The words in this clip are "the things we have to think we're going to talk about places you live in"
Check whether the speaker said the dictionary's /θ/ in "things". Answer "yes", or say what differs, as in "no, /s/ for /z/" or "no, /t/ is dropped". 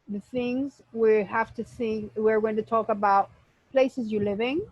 yes